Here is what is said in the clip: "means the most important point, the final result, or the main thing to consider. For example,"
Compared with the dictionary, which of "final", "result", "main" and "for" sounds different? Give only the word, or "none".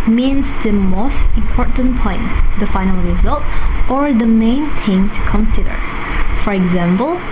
none